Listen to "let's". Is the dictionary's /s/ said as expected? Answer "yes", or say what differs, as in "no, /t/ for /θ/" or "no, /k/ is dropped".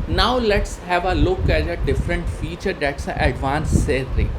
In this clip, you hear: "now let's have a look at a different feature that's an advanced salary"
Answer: yes